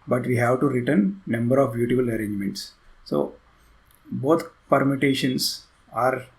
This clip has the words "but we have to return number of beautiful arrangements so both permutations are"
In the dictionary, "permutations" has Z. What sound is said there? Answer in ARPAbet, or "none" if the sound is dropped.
S